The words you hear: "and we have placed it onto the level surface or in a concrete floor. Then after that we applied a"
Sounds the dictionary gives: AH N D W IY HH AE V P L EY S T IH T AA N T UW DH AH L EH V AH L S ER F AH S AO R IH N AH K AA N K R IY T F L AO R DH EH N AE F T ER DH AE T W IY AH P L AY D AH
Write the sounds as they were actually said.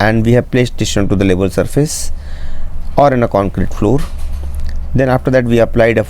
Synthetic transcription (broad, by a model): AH N D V IY HH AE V P L EY S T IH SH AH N T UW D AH L EH B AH L S ER F AH S AO R IH N AH K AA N K R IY T F L AO R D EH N AE F T ER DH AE T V IY AH P L AY D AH